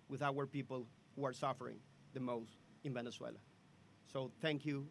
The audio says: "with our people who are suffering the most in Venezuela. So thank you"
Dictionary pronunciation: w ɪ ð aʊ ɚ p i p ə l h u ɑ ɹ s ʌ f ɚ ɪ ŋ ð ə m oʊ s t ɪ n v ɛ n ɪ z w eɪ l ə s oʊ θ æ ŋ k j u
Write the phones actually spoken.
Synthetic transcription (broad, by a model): w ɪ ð aʊ ɚ p i p ə l h u ɑ ɹ s ʌ f ɚ ɪ ŋ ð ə m oʊ s t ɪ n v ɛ n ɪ s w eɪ l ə s oʊ θ æ ŋ k j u